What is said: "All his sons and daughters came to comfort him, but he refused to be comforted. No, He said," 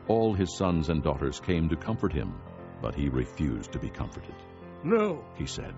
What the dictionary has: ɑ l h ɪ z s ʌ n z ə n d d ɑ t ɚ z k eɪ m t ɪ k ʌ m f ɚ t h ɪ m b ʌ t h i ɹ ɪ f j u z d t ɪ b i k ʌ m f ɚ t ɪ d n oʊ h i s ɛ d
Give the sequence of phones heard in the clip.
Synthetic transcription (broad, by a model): ɑ l ɪ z s ʌ n z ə n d d ɑ t ɚ z k eɪ m t ɪ k ʌ m f ɚ t h ɪ m b ʌ t h i ɹ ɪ f j u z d t ɪ b i k ʌ m f ɚ t ɪ d n oʊ h i s ɛ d